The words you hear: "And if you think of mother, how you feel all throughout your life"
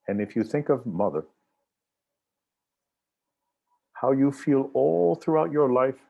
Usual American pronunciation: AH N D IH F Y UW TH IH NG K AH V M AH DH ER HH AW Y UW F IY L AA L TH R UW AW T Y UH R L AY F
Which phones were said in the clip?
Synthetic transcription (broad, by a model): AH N IH F Y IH TH IH NG K AH V M AH DH ER HH AW Y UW F IY L AA L TH R UW AW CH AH R L AY F